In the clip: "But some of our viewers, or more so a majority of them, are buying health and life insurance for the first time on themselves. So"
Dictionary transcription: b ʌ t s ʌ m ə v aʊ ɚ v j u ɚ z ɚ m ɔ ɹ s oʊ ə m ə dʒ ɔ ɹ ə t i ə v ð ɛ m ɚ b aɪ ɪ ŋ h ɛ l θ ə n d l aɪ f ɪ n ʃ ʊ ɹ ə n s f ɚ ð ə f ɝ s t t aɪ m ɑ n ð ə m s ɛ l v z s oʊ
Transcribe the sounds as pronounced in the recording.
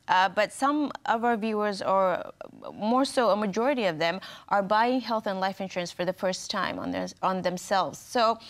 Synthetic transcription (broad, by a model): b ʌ t s ʌ m ə v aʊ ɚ v j u ɚ z ɚ m ɔ ɹ s oʊ ə m ə dʒ ɔ ɹ ə t i ə v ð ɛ m ɚ b aɪ ɪ ŋ h ɛ l θ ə n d l aɪ f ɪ n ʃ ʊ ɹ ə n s f ɚ ð ə f ɝ s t t aɪ m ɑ n ð ə m s ɛ l v z s oʊ